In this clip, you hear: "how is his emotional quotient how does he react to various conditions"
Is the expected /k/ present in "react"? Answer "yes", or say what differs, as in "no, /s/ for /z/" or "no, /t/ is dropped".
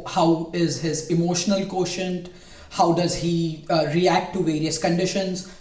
yes